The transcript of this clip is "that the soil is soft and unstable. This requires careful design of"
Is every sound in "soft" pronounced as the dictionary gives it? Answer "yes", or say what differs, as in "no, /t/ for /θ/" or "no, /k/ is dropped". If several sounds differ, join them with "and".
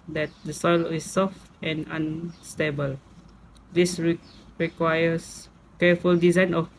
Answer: yes